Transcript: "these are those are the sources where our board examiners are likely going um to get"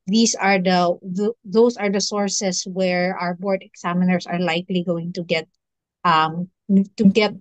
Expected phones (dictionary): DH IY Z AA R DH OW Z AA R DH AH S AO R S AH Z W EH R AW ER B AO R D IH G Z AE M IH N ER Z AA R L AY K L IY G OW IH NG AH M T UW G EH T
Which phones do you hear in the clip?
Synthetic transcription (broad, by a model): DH IY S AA R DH OW S AA R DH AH S AO R S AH S W EH R AW ER B AO R D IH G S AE M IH N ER S AA R L AY K L IY G OW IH NG AH M T UW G EH T